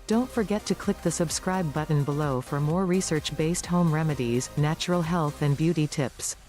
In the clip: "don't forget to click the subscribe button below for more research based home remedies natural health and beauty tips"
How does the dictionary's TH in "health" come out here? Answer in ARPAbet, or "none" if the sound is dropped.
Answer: TH